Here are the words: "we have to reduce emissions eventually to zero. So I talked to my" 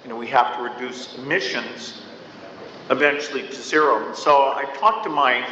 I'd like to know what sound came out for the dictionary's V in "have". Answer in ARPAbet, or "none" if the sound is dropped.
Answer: F